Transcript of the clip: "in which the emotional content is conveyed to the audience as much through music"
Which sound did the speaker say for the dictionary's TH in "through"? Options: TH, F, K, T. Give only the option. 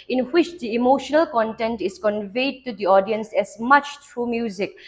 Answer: T